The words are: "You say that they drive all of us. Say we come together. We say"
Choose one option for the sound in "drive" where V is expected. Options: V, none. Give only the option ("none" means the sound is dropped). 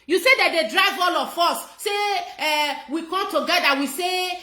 V